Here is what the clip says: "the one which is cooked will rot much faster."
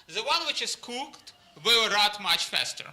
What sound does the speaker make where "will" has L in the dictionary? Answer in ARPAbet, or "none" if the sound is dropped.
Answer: W